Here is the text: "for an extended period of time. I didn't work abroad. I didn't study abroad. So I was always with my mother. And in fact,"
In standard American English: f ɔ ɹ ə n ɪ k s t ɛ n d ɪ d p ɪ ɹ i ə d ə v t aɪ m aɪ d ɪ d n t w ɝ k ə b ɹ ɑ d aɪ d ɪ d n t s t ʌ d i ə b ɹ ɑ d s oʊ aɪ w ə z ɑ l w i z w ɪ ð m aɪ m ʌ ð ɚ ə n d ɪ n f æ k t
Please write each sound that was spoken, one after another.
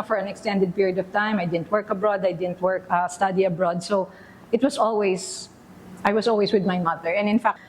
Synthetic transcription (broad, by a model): f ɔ ɹ ə n ɪ k s t ɛ n d ɪ d p ɪ ɹ i ə d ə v t aɪ m aɪ d ɪ d n t w ɝ k ə b ɹ ɑ d aɪ d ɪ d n t s t ʌ d i ə b ɹ ɑ d s oʊ aɪ w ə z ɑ l w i s w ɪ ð m aɪ m ʌ ð ɚ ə n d ɪ n f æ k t